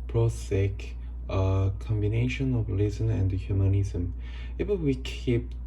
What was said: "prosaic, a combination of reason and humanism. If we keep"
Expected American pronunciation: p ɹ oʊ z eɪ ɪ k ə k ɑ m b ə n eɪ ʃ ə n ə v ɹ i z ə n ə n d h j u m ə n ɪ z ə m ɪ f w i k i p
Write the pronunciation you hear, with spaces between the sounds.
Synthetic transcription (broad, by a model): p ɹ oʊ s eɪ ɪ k ə k ɑ m b ə n eɪ ʃ ə n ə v l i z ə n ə n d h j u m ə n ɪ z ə m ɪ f w i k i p